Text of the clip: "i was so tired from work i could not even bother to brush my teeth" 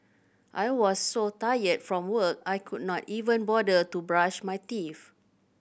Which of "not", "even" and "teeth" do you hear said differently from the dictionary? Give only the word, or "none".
teeth